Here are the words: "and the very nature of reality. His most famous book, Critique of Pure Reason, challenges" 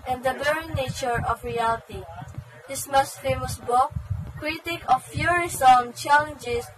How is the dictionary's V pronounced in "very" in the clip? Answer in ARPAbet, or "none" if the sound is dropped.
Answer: B